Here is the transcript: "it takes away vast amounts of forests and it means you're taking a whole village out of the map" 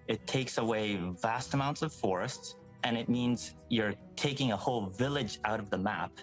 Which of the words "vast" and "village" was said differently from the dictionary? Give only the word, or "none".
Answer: none